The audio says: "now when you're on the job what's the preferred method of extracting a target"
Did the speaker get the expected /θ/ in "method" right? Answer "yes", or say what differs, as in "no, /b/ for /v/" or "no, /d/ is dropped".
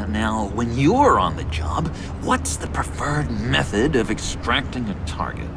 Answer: yes